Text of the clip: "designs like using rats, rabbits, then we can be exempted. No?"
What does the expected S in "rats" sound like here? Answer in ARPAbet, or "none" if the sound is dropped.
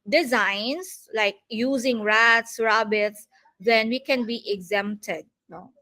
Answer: S